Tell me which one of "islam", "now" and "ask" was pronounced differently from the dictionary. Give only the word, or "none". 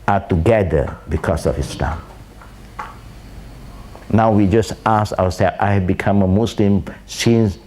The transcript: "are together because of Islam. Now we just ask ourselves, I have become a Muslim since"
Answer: ask